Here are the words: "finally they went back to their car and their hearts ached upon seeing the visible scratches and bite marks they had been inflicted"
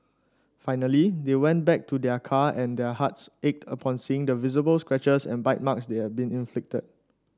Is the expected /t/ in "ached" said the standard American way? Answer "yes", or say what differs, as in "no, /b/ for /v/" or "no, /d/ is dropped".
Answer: yes